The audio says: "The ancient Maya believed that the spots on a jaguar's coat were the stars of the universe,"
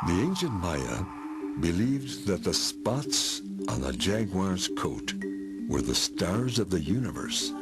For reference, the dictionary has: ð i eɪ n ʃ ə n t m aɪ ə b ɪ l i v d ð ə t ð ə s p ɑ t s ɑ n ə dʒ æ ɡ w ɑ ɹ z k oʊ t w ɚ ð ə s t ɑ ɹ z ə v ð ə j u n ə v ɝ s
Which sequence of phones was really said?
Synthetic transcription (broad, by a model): ð i eɪ n ʃ ə n t m aɪ ə b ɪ l i v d ð ə t ð ə s p ɑ t s n ə dʒ æ ɡ w ɑ ɹ z k oʊ t w ɚ ð ə s t ɑ ɹ z ə v ð ə j u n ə v ɝ s